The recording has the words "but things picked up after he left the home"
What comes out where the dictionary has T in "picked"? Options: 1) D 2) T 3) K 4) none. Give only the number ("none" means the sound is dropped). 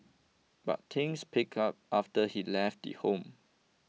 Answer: 4